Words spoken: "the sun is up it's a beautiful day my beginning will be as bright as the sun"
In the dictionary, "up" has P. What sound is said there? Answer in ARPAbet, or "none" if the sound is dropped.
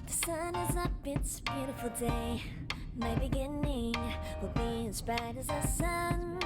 B